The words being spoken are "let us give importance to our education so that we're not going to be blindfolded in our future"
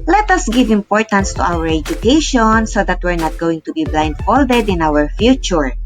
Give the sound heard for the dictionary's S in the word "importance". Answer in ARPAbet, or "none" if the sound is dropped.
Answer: S